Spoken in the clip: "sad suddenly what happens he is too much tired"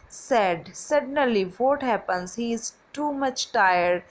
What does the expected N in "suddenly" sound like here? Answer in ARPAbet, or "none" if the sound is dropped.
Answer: none